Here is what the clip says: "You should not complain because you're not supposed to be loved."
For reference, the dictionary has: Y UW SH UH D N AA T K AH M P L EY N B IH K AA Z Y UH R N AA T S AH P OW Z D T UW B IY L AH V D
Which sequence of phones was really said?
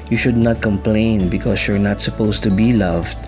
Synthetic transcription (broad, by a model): Y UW SH UH D N AA T K AH M P L EY N B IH K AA S Y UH R N AA T S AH P OW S T UW B IY L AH V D